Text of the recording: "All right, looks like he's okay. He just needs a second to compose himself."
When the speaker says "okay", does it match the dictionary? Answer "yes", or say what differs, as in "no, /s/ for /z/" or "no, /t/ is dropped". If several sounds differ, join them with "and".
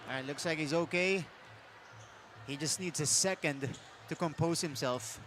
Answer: yes